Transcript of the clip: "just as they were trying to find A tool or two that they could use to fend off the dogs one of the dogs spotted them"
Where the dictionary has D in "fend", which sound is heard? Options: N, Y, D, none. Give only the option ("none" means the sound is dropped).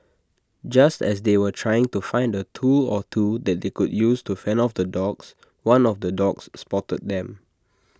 none